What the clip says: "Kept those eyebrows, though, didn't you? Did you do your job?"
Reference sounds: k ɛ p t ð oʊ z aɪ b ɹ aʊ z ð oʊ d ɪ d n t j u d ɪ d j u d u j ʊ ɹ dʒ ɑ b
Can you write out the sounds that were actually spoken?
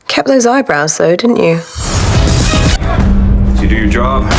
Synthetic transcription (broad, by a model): k ɛ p ð oʊ z aɪ b ɹ aʊ z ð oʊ d ɪ d n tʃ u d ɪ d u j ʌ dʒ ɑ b